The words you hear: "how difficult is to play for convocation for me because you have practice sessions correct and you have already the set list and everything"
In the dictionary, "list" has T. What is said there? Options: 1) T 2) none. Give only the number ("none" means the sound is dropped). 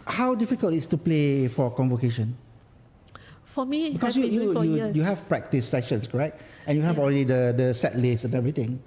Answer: 2